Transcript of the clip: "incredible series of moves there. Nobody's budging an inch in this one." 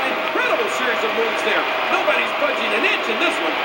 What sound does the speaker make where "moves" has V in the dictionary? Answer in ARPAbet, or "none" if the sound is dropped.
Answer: none